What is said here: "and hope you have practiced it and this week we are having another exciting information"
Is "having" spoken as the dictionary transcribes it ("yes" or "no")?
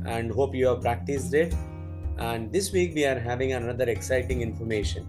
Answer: yes